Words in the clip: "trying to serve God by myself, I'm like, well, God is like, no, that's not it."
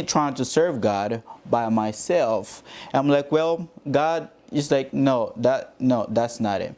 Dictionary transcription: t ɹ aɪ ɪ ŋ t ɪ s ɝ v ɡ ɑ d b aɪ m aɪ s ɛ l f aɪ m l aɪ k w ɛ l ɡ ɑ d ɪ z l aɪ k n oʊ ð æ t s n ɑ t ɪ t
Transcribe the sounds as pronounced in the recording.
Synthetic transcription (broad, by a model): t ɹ aɪ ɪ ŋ t ɪ s ɝ v ɡ ɑ d b aɪ m aɪ s ɛ l f aɪ m l aɪ k w ɛ l ɡ ɑ d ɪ s l aɪ k n oʊ ð æ t s n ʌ t ɪ t